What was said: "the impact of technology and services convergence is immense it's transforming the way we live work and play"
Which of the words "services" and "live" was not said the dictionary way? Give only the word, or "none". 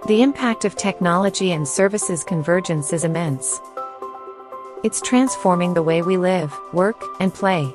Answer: none